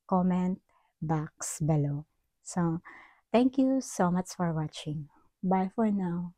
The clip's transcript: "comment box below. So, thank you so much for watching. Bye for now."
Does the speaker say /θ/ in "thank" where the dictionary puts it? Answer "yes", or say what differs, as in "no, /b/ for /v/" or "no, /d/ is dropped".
no, /t/ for /θ/